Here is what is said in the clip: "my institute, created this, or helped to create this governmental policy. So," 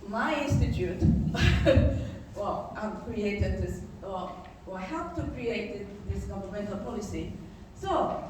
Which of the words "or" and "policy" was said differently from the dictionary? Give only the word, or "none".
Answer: or